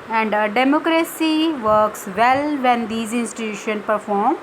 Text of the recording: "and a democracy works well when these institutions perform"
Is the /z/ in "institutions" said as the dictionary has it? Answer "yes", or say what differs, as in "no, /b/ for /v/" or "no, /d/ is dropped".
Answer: no, /z/ is dropped